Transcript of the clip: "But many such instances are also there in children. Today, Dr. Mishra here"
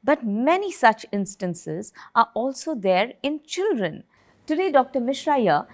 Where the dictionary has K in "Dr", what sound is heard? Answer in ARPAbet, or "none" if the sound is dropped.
K